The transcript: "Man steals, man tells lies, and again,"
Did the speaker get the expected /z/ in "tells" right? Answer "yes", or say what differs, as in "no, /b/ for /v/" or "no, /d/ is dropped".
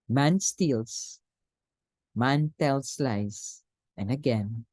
no, /s/ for /z/